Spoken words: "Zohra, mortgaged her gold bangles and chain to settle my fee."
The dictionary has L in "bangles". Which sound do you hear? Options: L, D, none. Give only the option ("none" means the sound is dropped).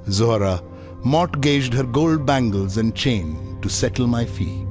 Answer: L